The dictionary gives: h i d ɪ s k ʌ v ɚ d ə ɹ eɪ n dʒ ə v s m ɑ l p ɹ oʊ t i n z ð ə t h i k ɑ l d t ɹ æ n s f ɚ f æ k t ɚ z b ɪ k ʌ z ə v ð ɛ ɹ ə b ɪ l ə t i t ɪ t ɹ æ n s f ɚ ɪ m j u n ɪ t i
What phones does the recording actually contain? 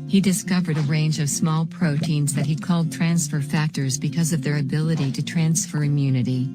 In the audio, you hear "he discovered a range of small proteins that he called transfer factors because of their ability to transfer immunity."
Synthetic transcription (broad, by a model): h i d ɪ s k ʌ v ɚ d ə ɹ eɪ n dʒ ə v s m ɑ l p ɹ oʊ t i n z ð ə t h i k ɑ l d t ɹ æ n s f ɚ f æ k t ɚ z b ɪ k ʌ z ə v ð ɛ ɹ ə b ɪ l ə t i t ɪ t ɹ æ n s f ɚ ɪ m j u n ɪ t i